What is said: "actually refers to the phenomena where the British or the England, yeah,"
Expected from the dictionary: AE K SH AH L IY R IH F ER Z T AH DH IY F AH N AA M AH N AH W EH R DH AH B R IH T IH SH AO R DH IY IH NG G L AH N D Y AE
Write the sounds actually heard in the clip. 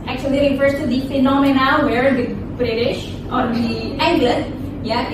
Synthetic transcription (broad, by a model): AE K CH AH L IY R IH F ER S T AH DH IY F AH N AA M AH N AH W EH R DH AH B R IH T IH SH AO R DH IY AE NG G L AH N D Y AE